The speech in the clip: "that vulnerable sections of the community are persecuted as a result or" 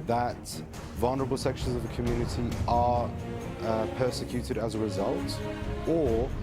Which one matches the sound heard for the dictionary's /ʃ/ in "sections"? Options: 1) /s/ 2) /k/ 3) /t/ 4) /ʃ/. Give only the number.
4